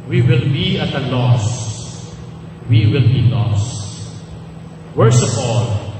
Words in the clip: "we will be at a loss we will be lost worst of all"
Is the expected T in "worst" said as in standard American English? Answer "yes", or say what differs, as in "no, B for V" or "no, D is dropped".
no, T is dropped